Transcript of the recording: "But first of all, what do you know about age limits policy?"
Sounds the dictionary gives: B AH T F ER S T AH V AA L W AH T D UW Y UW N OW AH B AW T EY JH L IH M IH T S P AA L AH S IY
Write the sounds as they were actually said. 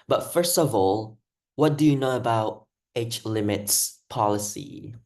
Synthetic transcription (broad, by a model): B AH T F ER S T AH V AA L W AH T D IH Y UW N OW AH B AW T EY CH L IH M IH T S P AA L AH S IY